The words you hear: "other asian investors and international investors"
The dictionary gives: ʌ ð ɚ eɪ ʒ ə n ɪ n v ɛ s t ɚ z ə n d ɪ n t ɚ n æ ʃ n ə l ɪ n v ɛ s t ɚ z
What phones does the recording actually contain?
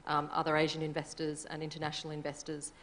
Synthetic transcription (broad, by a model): ʌ ð ɚ eɪ ʒ ə n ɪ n v ɛ s t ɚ z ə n ɪ n t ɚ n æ ʃ n l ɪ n v ɛ s t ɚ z